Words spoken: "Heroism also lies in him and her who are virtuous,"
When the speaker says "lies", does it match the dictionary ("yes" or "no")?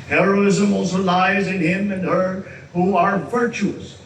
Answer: yes